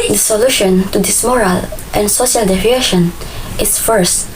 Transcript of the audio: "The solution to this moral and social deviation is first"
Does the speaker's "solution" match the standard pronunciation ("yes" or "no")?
yes